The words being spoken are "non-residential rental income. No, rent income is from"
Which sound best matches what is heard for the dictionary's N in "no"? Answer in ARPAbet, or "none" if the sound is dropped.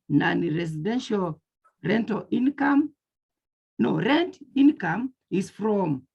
N